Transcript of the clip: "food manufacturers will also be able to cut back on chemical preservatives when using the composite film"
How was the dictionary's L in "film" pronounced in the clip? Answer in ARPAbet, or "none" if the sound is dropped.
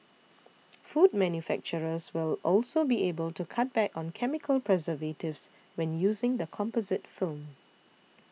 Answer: L